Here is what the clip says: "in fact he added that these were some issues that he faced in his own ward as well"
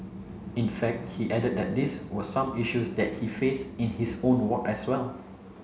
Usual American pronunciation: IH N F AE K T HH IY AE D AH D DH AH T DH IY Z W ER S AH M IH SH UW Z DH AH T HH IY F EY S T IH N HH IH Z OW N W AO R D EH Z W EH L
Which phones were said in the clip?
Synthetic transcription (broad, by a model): IH N F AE K T HH IY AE D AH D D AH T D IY S W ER S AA M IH SH UW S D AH T HH IY F EY S IH N HH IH S OW N W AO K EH S W EH L